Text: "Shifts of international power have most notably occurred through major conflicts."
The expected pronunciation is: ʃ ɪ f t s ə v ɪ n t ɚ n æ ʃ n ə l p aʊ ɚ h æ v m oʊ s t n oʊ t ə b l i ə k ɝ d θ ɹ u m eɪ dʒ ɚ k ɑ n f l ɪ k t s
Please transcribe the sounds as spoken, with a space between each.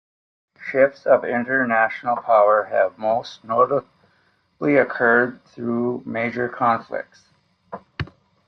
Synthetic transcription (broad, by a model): ʃ ɪ f t s ə v ɪ n t ɚ n æ ʃ n l p aʊ ɚ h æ v m oʊ s t n oʊ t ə l i ə k ɝ d θ ɹ u m eɪ dʒ ɚ k ɑ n f l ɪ k t s